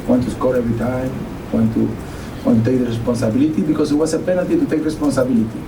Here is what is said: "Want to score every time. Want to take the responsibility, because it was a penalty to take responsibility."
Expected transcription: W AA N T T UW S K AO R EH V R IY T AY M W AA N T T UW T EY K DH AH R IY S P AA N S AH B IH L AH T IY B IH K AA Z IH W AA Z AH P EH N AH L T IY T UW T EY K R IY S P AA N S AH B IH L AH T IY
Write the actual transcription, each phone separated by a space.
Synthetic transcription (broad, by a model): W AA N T T UW S K AO R EH V R IY T AY M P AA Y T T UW T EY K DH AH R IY S P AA N S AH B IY L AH T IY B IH K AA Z IH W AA S AH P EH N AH T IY T UW T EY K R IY S P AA N S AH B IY L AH T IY